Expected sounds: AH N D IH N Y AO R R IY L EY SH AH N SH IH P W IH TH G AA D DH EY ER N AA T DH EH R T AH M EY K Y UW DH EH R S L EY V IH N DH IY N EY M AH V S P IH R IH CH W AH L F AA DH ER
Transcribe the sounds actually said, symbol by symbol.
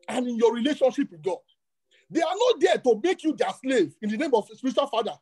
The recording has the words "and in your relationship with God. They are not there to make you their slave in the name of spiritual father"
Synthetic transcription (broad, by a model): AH N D IH N Y AO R R IY L EY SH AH N SH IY P W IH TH G AA D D EY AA N AA T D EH T AH M EY K Y UW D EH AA S L EY V IH N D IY N EY M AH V S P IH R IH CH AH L F AA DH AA